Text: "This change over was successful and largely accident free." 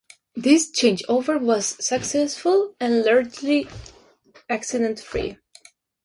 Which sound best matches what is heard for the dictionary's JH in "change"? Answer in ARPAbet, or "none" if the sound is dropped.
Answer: JH